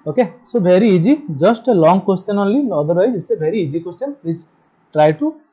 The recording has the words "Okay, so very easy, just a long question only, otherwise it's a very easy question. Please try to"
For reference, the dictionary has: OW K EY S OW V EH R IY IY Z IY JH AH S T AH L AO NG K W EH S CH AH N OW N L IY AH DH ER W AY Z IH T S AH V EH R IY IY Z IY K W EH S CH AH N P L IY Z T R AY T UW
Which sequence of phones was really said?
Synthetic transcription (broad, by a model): OW K EY S OW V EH R IY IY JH IY JH AH S T AH L AO NG K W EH S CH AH N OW L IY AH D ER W AY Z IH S AH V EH R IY IY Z IY K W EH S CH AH N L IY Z T R AY T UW